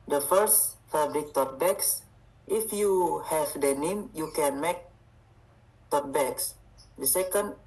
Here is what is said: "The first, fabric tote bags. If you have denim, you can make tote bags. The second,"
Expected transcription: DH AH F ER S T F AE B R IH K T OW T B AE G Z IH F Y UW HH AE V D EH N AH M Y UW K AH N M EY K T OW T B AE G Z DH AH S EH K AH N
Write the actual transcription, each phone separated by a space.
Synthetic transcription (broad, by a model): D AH F ER S T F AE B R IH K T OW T B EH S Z IH F Y UW HH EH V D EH N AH M Y UW K AH N M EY K T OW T B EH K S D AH S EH K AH N